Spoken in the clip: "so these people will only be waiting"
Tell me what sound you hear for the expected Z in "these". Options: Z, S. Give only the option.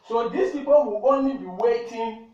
S